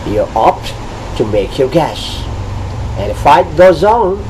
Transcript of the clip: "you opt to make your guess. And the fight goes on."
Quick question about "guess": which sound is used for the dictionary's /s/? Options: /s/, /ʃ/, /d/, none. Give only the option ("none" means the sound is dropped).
/ʃ/